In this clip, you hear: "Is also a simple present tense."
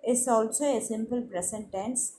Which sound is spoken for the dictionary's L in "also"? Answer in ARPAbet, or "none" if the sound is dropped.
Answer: L